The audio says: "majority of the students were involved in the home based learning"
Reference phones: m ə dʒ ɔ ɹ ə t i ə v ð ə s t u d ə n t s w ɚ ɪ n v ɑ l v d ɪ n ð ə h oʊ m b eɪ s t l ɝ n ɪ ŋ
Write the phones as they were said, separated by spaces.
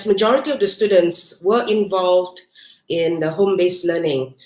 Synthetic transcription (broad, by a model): m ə dʒ ɔ ɹ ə t i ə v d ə s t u d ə n t s w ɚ ɪ n v ɑ l v d ɪ n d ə h oʊ m b eɪ s l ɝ n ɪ ŋ